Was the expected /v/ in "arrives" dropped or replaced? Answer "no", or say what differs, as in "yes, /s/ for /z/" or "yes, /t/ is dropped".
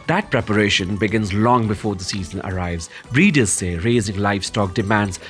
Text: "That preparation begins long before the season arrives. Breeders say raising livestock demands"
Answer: no